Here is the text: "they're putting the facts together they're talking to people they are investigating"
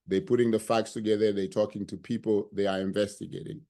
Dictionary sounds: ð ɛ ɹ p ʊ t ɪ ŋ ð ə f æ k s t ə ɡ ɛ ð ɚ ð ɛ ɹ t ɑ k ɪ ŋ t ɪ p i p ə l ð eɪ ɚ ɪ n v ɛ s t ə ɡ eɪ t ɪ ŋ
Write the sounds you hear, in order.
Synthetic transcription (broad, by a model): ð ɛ p ʊ t ɪ ŋ ð ə f æ k s t ə ɡ ɛ ð ɚ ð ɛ t ɑ k ɪ ŋ t ɪ p i p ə l ð eɪ ɚ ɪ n v ɛ s t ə ɡ eɪ t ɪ ŋ